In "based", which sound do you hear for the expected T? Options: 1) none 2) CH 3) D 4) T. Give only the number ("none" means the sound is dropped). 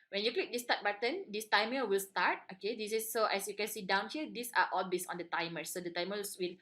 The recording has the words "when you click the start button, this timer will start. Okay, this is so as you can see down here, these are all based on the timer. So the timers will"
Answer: 1